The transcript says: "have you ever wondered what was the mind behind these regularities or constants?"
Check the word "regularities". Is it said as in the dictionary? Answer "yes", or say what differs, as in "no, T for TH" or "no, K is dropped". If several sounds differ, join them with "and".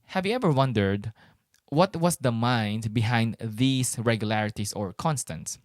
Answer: no, S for Z